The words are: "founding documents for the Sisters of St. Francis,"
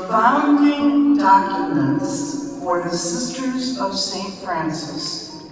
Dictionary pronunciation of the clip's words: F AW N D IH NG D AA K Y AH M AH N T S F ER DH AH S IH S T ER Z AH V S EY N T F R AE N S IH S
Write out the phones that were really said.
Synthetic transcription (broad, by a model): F AW N D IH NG D AA K Y AH M AH N T S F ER DH AH S IH S T ER Z AH V S EY N T F R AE N S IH S